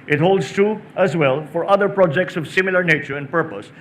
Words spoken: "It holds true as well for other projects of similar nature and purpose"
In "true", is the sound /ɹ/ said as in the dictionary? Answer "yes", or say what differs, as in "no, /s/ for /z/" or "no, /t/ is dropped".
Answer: no, /ɹ/ is dropped